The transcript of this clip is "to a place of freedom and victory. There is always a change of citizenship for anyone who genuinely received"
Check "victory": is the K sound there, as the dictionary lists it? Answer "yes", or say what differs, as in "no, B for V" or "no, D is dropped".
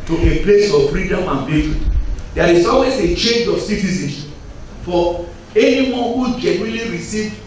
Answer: no, K is dropped